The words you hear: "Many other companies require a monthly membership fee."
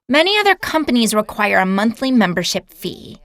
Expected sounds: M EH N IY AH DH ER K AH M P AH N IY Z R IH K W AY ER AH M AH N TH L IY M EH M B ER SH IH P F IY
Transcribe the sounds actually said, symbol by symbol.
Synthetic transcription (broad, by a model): M EH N IY AH DH ER K AH M P AH N IY Z R IH K W AY ER AH M AH N TH L IY M EH M B ER SH IH P F IY